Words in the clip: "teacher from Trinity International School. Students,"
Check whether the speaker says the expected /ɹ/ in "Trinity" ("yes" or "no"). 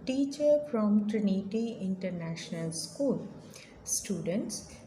yes